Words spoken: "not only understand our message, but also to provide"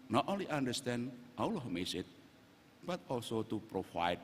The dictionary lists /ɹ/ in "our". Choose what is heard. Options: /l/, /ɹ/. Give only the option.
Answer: /l/